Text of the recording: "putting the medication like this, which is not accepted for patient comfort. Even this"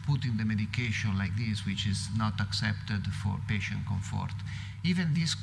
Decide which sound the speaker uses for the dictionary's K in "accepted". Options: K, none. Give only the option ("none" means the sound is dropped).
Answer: K